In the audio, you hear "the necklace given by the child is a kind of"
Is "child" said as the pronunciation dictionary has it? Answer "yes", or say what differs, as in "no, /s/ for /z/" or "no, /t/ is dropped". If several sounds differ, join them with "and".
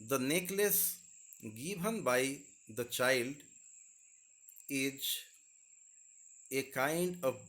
yes